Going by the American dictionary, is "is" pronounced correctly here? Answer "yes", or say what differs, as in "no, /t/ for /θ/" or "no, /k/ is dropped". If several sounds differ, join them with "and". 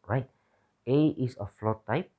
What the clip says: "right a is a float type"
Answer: no, /s/ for /z/